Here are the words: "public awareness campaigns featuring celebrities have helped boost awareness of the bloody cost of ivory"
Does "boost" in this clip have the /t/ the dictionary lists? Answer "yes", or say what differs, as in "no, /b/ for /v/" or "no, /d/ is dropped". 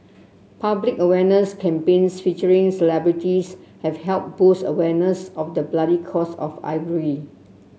no, /t/ is dropped